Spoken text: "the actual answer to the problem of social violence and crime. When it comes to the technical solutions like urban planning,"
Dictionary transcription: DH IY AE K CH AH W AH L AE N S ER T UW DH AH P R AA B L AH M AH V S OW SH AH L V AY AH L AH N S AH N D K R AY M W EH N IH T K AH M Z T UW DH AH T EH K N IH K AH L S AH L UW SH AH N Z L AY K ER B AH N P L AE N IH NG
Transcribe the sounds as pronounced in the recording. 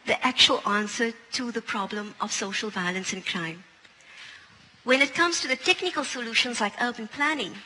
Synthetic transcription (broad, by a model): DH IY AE K CH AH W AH L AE N S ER T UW DH AH P R AA B L AH M AH V S OW SH AH L V AY AH L AH N S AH N K R AY M W EH N IH T K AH M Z T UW DH AH T EH K N IH K AH L S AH L UW SH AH N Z L AY K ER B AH N P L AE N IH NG